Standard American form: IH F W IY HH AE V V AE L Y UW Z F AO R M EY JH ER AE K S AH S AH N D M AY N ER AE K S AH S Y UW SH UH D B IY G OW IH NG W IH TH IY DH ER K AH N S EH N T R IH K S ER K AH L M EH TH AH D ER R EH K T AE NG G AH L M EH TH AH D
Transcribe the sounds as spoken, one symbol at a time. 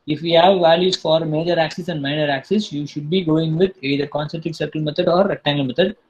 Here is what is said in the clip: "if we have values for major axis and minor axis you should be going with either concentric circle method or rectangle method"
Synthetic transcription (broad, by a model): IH F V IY HH AE V V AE L Y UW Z F AO R M EY JH ER AE K S AH S AH N D M AY N ER AE K S AH S Y UW SH UH D B IY G OW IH NG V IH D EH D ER K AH N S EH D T IH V S ER K AH L M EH T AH D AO R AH T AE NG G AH L M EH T AH D